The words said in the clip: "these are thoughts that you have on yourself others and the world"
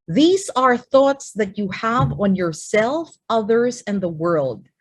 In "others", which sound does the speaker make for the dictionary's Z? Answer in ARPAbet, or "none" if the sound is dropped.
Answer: Z